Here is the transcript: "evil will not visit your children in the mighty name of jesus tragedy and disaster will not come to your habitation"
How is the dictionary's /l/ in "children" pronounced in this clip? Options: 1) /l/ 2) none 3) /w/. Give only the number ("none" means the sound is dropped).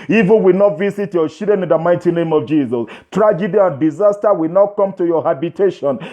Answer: 2